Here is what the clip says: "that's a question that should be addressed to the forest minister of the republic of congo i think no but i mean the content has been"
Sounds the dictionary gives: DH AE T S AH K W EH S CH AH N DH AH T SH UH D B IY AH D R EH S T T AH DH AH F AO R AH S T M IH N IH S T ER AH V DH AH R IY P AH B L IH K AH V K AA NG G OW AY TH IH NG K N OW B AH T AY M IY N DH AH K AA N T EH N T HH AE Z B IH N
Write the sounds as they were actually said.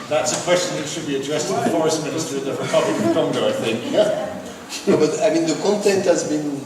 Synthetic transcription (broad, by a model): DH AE T S AH K W EH S CH AH N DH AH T SH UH D B IY AH D R EH S T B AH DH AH F AO R AH S T M IH N IH S T ER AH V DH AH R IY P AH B L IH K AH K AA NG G OW AY TH IH NG K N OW B AH T AY M IY N DH AH K AA N T EH N T HH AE Z B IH N